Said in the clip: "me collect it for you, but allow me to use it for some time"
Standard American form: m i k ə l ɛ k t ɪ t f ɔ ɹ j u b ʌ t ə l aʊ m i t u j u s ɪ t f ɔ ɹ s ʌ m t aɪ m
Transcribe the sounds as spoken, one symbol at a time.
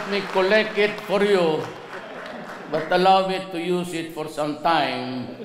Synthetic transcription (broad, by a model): m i k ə l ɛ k ɪ t f ɔ ɹ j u b ʌ t ə l aʊ m i t u j u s ɪ t f ɔ ɹ s ʌ m t aɪ m